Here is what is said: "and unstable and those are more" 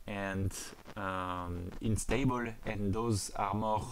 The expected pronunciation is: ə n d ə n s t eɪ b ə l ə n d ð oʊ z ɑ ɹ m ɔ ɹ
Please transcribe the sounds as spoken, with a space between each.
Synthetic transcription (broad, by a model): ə n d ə n s t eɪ b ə l ə n d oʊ z ɑ ɹ m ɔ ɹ